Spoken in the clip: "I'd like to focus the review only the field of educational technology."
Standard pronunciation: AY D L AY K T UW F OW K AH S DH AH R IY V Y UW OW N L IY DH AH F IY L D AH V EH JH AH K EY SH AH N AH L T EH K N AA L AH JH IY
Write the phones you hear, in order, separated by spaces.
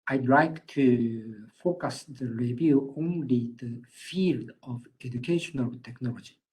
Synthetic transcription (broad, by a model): AY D L AY K T UW F OW K AH S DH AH R IY V Y UW OW N L IY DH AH F IY L D AH V EH JH AH K EY SH AH N AH L T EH K N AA L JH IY